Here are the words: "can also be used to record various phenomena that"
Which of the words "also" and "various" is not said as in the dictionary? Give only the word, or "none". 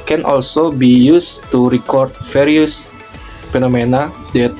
various